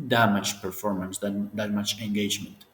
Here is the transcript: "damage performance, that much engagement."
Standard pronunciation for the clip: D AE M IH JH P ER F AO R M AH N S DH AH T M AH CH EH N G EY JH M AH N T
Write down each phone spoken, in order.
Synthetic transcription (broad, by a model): D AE M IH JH P ER F AO R M AH N S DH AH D M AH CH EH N G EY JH M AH N T